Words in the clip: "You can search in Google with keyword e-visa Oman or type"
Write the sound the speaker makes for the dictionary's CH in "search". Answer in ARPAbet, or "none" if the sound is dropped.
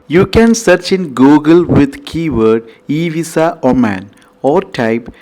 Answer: CH